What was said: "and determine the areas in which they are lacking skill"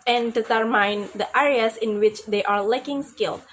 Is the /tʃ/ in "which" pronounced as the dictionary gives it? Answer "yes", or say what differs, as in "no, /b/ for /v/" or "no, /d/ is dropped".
yes